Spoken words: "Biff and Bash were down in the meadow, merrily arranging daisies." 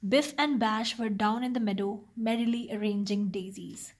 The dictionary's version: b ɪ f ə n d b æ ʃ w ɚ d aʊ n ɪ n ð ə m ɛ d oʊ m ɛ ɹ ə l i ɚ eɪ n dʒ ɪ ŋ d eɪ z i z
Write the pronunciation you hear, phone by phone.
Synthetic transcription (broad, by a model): b ɪ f ə n d b æ ʃ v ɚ d aʊ n ɪ n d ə m ɛ d oʊ m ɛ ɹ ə l i ɚ eɪ n dʒ ɪ ŋ d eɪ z i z